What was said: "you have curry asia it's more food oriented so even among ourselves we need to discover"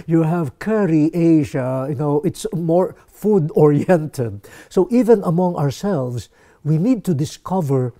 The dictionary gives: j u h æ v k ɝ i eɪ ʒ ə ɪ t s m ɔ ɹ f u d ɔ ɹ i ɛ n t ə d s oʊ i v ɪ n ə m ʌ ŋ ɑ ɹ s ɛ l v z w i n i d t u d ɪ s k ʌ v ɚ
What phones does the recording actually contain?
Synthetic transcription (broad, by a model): j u h æ v k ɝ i eɪ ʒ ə ɪ t s m ɔ ɹ f u d ɔ ɹ i ɛ n t ə d s oʊ i v ɪ n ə m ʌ ŋ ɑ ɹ s ɛ l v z w i n i d t u d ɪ s k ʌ v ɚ